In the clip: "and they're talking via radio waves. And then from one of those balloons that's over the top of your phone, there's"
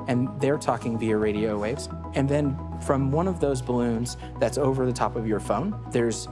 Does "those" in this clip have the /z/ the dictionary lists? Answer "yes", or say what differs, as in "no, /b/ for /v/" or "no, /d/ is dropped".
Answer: yes